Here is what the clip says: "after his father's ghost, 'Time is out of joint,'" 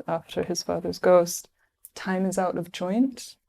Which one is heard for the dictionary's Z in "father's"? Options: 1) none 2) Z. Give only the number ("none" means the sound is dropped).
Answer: 2